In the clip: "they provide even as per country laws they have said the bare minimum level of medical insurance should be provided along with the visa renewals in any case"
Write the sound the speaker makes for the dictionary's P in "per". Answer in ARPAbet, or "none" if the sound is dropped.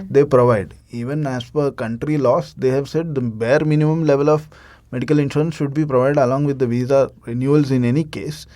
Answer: F